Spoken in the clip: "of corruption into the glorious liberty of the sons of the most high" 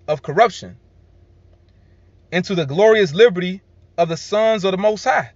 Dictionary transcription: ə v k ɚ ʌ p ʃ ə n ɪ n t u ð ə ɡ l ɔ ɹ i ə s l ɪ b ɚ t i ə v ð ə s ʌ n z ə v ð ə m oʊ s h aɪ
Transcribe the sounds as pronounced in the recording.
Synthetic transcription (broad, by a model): ə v k ɚ ʌ p ʃ ə n ɪ n t u ð ə ɡ l ɔ ɹ i ə s l ɪ b ɚ t i ə v ð ə s ʌ n z ə v ð ə m oʊ s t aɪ